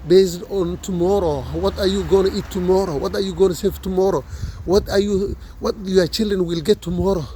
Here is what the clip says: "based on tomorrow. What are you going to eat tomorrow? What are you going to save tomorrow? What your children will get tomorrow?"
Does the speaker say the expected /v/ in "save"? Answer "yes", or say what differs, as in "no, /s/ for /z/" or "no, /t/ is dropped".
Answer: no, /f/ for /v/